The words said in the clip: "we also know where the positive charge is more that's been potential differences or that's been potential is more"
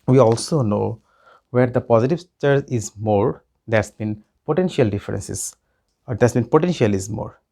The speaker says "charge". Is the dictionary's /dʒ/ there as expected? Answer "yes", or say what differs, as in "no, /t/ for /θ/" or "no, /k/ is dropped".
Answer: no, /dʒ/ is dropped